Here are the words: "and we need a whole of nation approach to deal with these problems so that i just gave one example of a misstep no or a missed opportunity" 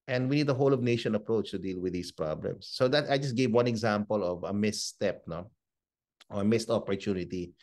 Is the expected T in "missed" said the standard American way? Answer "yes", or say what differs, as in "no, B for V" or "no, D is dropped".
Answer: yes